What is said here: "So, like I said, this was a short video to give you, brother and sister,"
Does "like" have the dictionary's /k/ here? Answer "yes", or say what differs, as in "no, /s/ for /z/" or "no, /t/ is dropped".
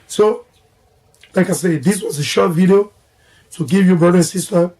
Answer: yes